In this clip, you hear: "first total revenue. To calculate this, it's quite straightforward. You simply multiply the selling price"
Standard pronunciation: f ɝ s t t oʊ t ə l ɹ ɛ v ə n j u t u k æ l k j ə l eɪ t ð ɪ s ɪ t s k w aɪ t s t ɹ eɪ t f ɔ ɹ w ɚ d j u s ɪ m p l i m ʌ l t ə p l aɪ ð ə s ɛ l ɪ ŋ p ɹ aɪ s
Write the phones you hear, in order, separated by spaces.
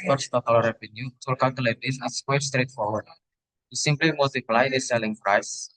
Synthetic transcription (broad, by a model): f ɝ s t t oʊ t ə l ɹ ɛ v ə n j u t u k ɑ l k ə l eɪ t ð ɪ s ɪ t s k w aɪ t s t ɹ eɪ t f ɔ ɹ w ɚ d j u s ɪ m p l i m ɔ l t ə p l aɪ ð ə s ɛ l ɪ ŋ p ɹ aɪ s